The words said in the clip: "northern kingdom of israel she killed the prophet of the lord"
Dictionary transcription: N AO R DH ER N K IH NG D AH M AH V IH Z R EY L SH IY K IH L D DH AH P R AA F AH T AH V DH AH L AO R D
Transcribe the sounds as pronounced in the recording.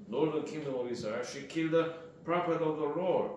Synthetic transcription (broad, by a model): N AO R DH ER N K IH NG D AH M AH V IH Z AA SH IY K IH L D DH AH P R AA P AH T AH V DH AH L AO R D